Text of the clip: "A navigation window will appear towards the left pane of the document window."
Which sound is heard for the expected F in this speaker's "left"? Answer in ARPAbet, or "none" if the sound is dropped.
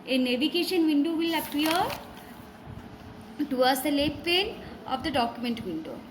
none